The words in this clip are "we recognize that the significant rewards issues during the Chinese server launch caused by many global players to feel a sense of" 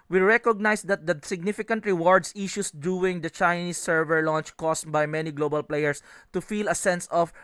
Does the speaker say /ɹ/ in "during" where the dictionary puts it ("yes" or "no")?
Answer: no